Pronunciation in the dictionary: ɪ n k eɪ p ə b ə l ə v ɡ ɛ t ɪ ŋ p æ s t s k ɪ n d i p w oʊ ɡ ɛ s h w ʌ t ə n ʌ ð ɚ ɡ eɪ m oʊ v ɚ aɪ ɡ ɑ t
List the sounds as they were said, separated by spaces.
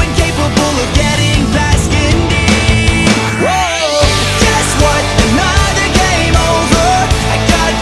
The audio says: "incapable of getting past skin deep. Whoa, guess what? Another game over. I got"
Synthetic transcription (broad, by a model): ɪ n k eɪ p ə b l ə v ɡ ɛ t ɪ ŋ b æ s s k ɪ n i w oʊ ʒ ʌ s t w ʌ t ə n ʌ ð ɚ ɡ eɪ m oʊ v ɚ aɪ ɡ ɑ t